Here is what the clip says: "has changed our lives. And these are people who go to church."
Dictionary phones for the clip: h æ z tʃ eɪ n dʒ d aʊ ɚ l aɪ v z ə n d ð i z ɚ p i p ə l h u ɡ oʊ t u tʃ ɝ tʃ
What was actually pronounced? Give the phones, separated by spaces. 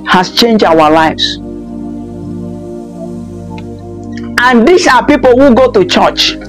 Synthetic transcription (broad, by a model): h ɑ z tʃ eɪ n dʒ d aʊ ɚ l aɪ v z ə n d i s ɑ p i p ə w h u ɡ oʊ t u tʃ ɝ tʃ